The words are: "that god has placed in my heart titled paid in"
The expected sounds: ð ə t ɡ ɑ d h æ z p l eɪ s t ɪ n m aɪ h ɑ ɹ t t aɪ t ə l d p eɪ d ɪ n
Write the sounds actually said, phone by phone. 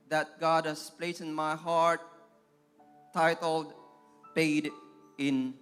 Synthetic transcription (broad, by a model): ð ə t ɡ ɑ d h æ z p l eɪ t ɪ n m aɪ h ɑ ɹ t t aɪ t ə l d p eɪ d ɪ n